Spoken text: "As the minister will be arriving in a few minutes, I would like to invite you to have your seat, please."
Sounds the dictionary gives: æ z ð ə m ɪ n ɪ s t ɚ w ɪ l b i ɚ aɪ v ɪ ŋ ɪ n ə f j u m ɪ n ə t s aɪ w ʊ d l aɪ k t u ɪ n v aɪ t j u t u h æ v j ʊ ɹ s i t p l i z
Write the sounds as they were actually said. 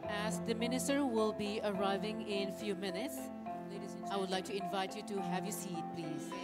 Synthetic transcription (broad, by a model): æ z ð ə m ɪ n ɪ s t ɚ w ɪ l b i ɚ aɪ v ɪ ŋ ɪ n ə f j u m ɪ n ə t s aɪ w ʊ d l aɪ k t u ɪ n v aɪ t j u t u h æ v j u s i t p l i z